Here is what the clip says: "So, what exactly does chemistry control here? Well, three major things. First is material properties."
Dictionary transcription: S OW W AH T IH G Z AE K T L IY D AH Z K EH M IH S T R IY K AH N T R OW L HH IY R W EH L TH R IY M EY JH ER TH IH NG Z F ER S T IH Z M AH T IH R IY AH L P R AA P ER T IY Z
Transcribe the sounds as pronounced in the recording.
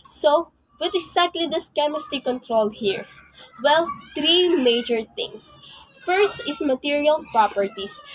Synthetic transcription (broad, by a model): S OW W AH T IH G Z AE K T L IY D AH S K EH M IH S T IY K AH N T R OW L HH IY R W EH L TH R IY M EY JH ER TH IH NG S F ER S T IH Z M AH T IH R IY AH L P R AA P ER T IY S